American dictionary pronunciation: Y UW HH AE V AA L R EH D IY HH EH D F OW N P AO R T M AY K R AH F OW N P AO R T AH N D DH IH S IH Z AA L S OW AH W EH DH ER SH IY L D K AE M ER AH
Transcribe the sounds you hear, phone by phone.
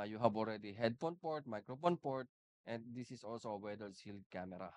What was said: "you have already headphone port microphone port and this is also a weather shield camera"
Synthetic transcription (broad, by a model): Y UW HH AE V AA L R EH D IY HH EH D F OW N P AO R T M AY K R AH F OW N P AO R T AH N D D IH S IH S AA L S OW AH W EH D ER S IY L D K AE M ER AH